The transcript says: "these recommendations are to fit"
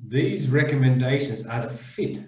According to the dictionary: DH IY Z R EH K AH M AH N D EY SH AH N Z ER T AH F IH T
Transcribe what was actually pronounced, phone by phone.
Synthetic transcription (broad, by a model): DH IY Z R EH K AH M AH N D EY SH AH N Z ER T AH F IH T